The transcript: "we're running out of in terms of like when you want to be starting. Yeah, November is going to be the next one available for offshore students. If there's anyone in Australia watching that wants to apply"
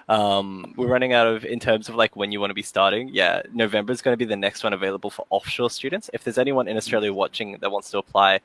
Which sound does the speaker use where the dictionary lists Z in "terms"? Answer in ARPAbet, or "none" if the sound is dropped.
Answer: Z